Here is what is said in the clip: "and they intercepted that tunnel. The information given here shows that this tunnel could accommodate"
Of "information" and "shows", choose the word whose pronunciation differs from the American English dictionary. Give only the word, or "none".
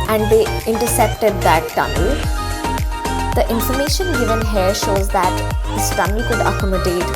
none